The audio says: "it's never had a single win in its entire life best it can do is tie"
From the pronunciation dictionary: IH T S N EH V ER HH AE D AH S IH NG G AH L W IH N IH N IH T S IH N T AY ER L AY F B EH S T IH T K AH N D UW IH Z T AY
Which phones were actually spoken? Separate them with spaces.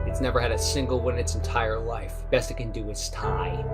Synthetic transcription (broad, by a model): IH T S N EH V ER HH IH D AH S IH NG G L W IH IH N IH T S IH N T AY ER L AY F B EH S T IH T K AH N D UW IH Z T AY